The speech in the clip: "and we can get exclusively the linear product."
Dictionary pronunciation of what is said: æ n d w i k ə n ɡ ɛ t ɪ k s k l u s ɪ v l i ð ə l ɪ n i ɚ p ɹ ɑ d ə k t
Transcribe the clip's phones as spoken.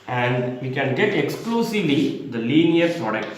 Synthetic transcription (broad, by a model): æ n d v i k ə n ɡ ɛ t ɪ k s k l u s ɪ v l i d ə l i n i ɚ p ɹ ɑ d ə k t